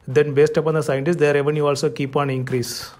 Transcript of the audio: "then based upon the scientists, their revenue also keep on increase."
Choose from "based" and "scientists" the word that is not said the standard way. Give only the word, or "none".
none